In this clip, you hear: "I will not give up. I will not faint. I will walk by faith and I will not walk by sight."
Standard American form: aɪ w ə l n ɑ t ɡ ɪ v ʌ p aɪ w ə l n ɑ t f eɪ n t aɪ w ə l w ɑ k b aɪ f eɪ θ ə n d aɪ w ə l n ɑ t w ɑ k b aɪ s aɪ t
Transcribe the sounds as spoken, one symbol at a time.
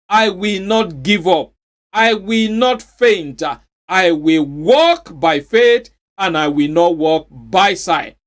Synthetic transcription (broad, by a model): aɪ w ə l n ɑ t ɡ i v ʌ p aɪ w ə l n ɑ t f eɪ n t aɪ w ə l w ɑ k b aɪ f eɪ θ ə n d aɪ w ə l n ɑ t w ɑ k b aɪ s aɪ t